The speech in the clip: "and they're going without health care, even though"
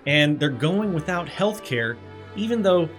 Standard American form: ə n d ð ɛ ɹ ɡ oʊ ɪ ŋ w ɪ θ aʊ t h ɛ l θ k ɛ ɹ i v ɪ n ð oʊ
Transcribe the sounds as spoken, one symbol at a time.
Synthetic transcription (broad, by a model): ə n ð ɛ ɹ ɡ oʊ ɪ ŋ w ɪ θ aʊ t h ɛ l θ k ɛ ɹ i v ɪ n ð oʊ